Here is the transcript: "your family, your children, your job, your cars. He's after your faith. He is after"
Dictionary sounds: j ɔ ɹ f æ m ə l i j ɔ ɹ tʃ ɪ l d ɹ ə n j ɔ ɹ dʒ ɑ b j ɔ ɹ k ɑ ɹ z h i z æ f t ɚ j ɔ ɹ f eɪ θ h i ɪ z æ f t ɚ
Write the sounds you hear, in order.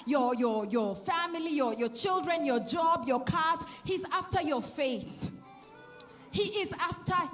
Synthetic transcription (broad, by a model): j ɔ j f æ m ə l i j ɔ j tʃ ɪ l d ɹ ə n j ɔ dʒ ɑ b j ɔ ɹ k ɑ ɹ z h i z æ f t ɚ j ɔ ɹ f eɪ θ h i ɪ z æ f t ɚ